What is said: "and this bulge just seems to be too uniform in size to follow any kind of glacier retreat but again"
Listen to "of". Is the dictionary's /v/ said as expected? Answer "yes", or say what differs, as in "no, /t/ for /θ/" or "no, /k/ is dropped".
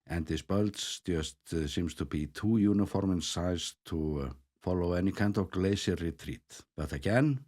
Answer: yes